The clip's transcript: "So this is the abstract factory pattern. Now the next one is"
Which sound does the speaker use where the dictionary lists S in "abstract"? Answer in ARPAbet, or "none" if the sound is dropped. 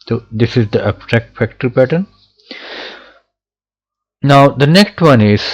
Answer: none